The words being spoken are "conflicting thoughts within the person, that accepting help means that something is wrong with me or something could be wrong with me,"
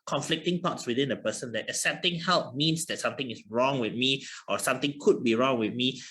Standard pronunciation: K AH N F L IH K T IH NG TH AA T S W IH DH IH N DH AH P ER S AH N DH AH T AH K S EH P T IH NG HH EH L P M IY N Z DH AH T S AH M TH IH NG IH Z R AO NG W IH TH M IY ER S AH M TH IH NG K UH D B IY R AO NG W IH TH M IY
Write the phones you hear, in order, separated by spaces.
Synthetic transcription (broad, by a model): K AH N F L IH K T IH NG T AA T S W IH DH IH N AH P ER S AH N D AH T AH S EH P T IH NG HH EH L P M IY N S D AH T S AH M T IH NG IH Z R AO NG W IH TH M IY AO S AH M T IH NG K UH D B IY R AO NG W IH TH M IY